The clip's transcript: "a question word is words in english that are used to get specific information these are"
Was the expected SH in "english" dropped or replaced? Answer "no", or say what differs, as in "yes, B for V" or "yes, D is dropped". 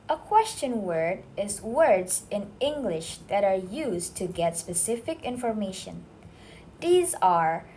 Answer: no